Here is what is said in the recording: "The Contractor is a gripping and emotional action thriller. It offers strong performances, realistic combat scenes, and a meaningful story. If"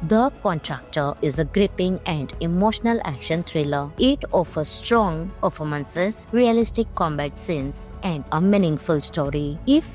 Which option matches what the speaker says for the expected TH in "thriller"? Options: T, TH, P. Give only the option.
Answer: T